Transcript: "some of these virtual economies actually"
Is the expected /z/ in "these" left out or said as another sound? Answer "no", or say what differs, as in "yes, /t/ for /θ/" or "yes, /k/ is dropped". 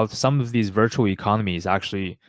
no